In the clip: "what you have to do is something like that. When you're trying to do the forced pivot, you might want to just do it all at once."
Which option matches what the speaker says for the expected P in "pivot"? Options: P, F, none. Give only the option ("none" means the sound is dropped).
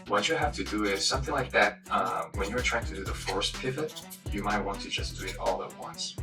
P